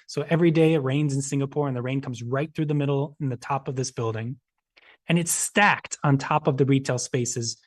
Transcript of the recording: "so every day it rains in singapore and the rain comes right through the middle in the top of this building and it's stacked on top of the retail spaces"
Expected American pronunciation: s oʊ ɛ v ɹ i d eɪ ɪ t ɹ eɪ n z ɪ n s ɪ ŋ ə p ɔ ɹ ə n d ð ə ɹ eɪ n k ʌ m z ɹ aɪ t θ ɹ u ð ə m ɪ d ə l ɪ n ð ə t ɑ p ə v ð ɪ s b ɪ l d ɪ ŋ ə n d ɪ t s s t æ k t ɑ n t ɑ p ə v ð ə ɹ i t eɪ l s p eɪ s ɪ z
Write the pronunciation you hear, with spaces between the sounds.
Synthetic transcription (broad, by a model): s oʊ ɛ v ɹ i d eɪ ɪ t ɹ eɪ n z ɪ n s ɪ ŋ ə p ɔ ɹ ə n ð ə ɹ eɪ n k ʌ m z ɹ aɪ t θ ɹ u ð ə m ɪ d l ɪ n ð ə t ɑ p ə v ð ɪ s b ɪ l d ɪ ŋ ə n ɪ t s s t æ k t n t ɑ p ə v ð ə ɹ i t eɪ l s p eɪ s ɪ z